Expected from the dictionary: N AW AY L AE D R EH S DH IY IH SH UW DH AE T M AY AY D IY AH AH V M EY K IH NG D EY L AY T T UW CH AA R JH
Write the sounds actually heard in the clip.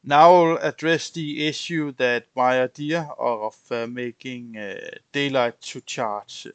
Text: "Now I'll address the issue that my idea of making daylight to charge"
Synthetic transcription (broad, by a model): N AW L AE D R EH S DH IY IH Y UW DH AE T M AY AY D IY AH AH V M EY K IH NG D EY L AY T S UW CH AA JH